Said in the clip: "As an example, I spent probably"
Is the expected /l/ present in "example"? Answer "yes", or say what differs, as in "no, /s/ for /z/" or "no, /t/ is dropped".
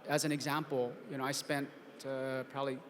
no, /n/ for /l/